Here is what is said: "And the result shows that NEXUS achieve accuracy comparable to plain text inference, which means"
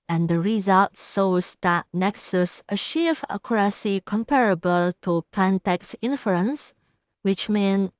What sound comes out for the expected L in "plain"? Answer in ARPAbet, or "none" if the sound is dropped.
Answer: none